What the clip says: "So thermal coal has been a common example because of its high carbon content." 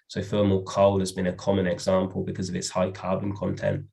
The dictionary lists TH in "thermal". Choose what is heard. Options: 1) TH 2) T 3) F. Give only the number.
3